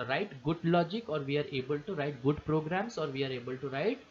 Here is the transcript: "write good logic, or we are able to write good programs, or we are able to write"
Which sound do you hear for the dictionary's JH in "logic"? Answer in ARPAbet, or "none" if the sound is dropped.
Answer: JH